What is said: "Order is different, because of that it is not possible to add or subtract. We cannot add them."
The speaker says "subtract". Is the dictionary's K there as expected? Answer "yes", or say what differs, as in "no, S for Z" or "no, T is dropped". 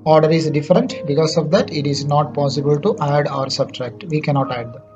yes